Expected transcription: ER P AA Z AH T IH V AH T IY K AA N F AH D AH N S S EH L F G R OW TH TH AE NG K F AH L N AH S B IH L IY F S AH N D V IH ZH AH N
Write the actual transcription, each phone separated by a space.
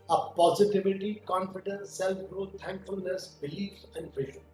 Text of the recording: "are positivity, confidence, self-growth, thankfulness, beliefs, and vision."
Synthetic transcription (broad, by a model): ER P AA Z AH T IH V AH T IY K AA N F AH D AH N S S EH L F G R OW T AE NG K F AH L N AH S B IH L IY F AH N D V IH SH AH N